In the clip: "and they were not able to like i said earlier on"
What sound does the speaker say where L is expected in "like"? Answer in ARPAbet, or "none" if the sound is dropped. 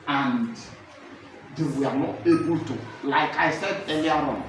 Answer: L